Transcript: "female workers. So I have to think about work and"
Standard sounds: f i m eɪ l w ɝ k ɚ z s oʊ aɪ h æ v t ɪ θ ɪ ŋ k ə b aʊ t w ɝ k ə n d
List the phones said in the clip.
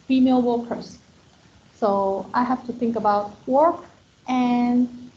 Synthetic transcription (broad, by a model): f i m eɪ l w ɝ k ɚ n s oʊ aɪ h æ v t ɪ θ ɪ ŋ k ə b aʊ t w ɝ k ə n